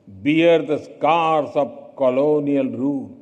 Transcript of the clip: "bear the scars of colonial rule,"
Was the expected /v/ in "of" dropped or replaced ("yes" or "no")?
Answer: yes